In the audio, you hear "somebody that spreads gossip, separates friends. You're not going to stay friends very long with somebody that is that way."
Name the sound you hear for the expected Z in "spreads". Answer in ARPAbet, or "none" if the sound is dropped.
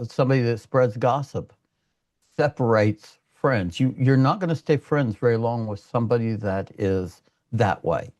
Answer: Z